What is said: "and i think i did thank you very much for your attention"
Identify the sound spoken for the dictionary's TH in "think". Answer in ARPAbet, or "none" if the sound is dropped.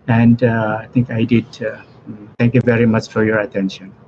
T